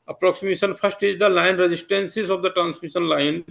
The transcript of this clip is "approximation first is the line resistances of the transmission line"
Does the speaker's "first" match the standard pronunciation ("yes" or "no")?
no